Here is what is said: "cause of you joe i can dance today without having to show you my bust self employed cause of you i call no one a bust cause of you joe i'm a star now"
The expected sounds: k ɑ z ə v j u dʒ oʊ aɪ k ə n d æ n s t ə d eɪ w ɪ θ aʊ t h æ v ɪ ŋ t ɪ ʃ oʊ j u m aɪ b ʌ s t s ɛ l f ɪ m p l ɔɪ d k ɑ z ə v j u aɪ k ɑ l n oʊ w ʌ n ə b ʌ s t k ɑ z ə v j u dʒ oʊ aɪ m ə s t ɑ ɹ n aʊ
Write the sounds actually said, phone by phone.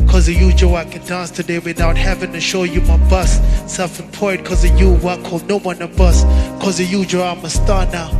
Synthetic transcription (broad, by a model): k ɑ z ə j u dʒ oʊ aɪ k ə n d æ n s t ə d eɪ w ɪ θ aʊ t h æ v ɪ ŋ t ɪ ʃ oʊ j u m aɪ b ʌ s s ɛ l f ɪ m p ɔɪ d k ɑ z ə j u aɪ k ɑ l n oʊ w ʌ n ə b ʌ s k ɑ z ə j u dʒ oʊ aɪ m ə s t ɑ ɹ n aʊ